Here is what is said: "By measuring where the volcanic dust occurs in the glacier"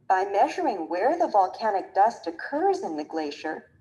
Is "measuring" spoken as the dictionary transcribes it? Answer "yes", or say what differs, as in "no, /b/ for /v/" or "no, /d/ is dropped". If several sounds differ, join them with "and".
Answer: yes